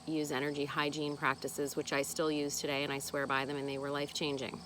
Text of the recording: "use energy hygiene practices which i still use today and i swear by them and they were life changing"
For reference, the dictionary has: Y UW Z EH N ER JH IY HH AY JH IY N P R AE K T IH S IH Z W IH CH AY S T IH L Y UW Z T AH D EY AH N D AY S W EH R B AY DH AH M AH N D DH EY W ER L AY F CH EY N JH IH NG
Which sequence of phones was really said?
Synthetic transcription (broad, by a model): Y UW Z EH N ER JH IY HH AY JH IY N P R AE K T IH S IH Z W IH CH AY S T IH L Y UW Z T AH D EY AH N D AY S W EH R B AY DH AH M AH N DH EY W ER L AY F CH EY N JH IH NG